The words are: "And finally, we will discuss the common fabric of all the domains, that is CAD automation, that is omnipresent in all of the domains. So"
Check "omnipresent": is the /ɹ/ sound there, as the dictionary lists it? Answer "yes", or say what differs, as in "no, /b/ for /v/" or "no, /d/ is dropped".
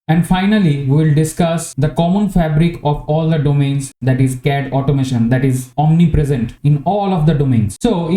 yes